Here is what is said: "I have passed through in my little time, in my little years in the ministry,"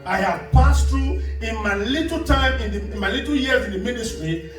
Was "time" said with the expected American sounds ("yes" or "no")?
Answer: yes